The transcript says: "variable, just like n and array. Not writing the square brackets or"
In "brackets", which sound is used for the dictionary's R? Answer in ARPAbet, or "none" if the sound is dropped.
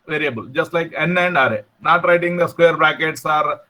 none